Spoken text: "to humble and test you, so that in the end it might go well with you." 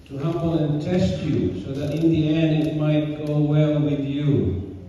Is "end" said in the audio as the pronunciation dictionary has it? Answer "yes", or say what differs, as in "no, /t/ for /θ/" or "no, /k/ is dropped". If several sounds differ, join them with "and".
no, /d/ is dropped